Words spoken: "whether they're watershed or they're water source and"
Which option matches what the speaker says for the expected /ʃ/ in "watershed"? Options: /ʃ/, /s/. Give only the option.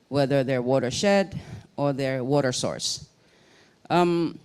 /ʃ/